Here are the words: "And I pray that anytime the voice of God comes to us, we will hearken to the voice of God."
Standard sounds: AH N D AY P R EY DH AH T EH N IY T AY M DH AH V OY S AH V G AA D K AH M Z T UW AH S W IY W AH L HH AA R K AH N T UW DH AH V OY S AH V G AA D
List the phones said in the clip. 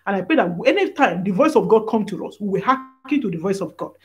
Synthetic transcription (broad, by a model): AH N AY P R EY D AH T EH N IY T AY M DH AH V OY S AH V G AA D K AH M T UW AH S W IY W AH HH AA K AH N T UW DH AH V OY S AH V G AA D